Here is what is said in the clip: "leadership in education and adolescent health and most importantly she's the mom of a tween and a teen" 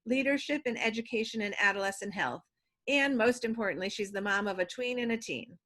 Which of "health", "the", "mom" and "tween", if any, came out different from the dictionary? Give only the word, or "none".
none